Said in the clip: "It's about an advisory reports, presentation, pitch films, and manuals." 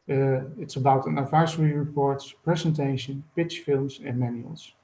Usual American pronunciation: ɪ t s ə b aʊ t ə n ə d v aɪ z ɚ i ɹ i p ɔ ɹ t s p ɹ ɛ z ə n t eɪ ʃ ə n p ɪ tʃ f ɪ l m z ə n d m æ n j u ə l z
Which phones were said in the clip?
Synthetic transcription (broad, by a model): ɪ t s ə b aʊ t ə n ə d v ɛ s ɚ i ɹ i p ɔ ɹ t s p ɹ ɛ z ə n t eɪ ʃ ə n p ɪ tʃ f ɪ l m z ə n m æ n j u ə l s